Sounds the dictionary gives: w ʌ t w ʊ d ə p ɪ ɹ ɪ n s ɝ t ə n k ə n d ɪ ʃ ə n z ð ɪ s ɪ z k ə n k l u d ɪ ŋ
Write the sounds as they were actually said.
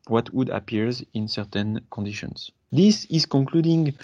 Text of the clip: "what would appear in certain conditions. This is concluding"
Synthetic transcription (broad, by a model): w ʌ t w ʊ d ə p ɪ ɹ ɪ n s ɝ t ə n k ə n d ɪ ʃ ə n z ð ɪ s ɪ z k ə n k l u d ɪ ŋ